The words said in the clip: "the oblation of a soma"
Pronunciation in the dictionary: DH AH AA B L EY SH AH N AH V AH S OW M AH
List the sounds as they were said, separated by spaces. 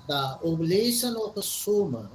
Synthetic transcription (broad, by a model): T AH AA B L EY S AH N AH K AH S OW M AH